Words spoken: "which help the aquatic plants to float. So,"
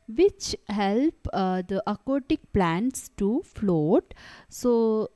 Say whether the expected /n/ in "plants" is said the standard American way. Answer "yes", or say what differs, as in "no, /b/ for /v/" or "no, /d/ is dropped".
yes